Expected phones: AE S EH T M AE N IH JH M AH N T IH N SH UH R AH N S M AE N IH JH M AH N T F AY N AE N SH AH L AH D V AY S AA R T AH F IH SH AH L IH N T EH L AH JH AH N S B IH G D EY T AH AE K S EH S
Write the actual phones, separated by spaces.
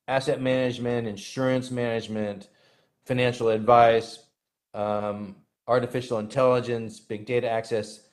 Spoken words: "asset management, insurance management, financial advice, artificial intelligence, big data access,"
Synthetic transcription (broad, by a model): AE S EH T M AE N IH JH M AH N T IH N SH UH R AH N S M AE N IH JH M AH N T F AY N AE N SH L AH D V AY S AA R T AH F IH SH L IH N T EH L AH JH AH N S B IH G D EY T AH AE K S EH S